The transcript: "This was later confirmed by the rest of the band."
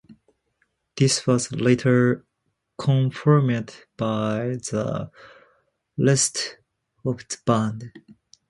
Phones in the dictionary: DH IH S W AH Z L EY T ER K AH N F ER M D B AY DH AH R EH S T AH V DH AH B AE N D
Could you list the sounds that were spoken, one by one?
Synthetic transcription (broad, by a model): DH IH S W AH Z L EY T ER K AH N F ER M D B AY DH AH L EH S T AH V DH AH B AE N D